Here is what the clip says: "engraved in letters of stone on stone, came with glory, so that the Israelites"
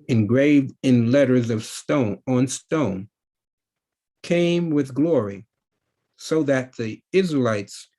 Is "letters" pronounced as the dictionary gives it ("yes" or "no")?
yes